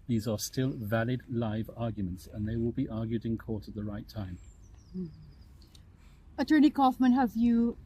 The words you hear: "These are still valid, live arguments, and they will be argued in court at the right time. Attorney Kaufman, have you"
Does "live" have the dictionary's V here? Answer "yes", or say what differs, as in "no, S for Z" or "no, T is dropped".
yes